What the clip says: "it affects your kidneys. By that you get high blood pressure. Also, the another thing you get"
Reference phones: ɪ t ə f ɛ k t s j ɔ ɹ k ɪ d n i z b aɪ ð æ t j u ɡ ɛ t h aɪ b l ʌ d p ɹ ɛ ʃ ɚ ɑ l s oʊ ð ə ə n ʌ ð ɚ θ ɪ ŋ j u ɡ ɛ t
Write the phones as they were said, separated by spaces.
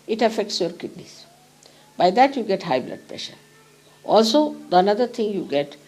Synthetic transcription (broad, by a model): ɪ t ə f ɛ k t s j ɔ ɹ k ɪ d n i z b aɪ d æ t j u ɡ ɛ t h aɪ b l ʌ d p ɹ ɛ ʃ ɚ ɑ l s oʊ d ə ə n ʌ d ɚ t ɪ ŋ j u ɡ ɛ t